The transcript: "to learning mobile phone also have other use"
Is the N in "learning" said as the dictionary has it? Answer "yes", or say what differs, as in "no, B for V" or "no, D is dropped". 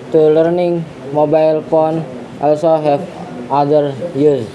yes